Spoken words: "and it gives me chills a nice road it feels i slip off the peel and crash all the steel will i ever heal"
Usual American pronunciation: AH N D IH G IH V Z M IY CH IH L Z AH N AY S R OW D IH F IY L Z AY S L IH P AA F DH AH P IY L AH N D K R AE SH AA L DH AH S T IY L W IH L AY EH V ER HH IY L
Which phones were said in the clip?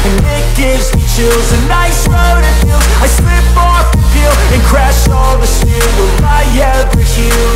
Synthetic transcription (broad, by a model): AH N IH G IH V Z M IY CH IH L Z AH N AY S R OW D IH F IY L AY S L IH P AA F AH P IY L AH N K R AE SH AA L DH AH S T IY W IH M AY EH ER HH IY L